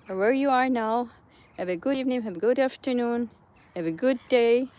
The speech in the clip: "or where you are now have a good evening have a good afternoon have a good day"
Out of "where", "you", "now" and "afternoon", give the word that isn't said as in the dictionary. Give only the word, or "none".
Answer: none